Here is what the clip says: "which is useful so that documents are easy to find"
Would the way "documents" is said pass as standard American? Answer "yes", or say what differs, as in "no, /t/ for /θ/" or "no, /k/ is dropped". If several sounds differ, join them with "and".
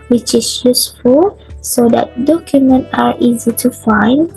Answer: no, /s/ is dropped